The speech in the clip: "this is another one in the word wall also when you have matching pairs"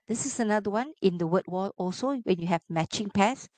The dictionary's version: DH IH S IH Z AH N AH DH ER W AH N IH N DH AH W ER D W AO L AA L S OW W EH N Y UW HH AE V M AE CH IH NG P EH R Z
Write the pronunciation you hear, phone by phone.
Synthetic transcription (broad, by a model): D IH S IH S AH N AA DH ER W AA N IH N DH AH W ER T W AO L AA L S OW W EH N Y UW HH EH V M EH CH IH NG P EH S